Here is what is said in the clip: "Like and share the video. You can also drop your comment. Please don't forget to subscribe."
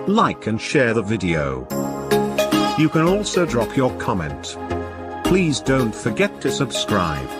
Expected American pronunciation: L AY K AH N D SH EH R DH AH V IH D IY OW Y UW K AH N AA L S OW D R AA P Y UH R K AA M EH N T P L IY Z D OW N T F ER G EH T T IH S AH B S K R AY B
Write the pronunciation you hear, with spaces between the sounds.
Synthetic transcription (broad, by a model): L AY K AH N SH EH R DH AH V IH D IY OW Y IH K AH N AA L S OW D R AA P Y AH R K AA M EH N T P L IY Z D OW N T F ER G EH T T IH S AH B S K R AY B